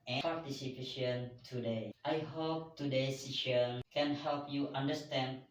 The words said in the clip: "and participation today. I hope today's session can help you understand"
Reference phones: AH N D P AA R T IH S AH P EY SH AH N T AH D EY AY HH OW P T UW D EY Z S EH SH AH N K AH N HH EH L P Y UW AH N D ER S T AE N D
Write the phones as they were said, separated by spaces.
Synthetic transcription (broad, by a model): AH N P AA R T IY S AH P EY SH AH N T AH D EY AY HH OW P T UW D EY S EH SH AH N K AH N HH EH L P Y UW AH N D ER S T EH N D